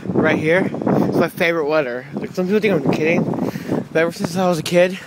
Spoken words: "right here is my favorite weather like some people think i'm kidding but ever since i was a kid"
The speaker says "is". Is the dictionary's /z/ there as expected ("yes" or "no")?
no